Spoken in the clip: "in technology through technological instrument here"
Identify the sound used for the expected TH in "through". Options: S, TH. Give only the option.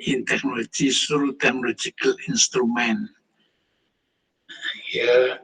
S